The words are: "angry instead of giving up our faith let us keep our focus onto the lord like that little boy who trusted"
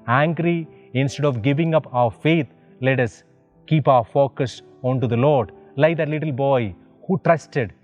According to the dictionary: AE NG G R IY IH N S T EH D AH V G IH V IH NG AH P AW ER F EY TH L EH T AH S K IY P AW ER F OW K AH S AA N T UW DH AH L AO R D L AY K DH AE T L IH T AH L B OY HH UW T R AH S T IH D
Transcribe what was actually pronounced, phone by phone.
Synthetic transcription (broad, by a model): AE NG G R IY IH N S T EH D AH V G IH V IH NG AH P AW ER F EY T L EH T AH S K IY P AW ER F OW K AH S AA N T UW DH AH L AO R D L AY K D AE T L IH T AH L B OY HH UW T R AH S T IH D